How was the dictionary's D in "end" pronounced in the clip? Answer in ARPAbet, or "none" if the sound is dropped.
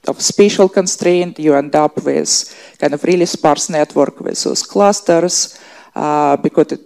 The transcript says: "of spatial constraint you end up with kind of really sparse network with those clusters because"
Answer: D